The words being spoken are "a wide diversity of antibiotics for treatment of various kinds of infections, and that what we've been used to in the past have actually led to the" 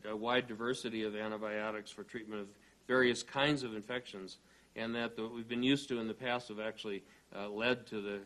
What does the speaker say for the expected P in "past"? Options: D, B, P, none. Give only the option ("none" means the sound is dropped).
P